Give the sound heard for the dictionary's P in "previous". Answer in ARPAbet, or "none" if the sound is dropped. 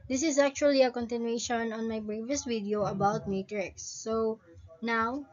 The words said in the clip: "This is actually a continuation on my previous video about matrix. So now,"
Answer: B